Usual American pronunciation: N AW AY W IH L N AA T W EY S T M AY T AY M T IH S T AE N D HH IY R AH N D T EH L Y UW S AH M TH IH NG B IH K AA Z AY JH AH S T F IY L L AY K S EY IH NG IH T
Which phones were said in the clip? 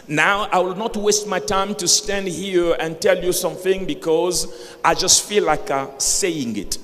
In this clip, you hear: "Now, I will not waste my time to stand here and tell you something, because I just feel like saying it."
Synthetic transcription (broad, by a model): N AW AY W IH L N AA T W EY S T M AY T AY M T IH S T AE N D HH IY R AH N T EH L Y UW S AH M TH IH NG B IH K AA Z AY JH AH S T F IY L L AY K S EY IH NG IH T